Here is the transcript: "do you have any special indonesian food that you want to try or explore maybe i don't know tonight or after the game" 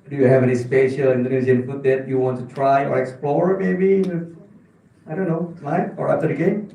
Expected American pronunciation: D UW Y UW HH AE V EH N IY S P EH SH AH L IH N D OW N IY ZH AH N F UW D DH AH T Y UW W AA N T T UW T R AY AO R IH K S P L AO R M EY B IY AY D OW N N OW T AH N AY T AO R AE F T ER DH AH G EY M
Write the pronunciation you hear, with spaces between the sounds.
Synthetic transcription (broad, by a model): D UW Y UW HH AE V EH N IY S P EH SH AH L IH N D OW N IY Z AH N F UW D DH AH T Y UW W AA N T T UW T R AY AO R IH K S P L AO R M EY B IY AY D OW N N OW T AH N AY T AO R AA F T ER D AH G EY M